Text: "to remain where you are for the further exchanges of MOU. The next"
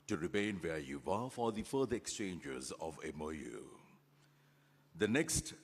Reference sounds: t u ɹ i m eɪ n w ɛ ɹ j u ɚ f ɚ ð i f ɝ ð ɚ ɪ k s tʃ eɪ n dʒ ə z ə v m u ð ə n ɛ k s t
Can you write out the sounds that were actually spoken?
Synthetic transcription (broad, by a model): t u ɹ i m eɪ n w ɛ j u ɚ f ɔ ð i f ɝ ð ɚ ɪ k s tʃ eɪ n dʒ ə z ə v m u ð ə n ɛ k s t